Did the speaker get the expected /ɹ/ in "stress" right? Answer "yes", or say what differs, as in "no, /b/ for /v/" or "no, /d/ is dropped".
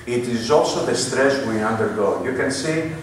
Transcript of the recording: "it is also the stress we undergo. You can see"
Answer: yes